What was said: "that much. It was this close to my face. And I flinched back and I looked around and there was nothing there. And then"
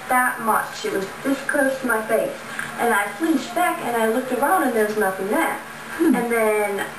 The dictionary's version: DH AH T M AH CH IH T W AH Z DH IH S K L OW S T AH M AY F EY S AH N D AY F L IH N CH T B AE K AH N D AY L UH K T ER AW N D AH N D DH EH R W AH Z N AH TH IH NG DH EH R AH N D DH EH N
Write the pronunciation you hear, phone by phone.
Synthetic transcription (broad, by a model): DH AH T M AH CH IH T W AH Z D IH S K OW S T M AY F EY S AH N AY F L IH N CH B AE K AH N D AY L UH K T ER AW N D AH N DH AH R W AH Z N AH TH IH NG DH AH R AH N DH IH N